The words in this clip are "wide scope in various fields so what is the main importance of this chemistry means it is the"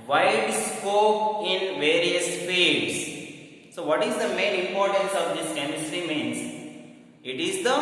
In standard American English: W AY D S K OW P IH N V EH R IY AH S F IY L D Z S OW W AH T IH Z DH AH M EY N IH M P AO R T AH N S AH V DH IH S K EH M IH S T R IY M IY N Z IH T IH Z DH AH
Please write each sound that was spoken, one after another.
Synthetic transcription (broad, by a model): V AY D S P OW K IH N V EH R IY AH S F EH D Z S OW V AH T IH Z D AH M EY N IH M P AO R T AH N S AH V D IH S K EH M IH S T R IY M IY N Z IH T IH Z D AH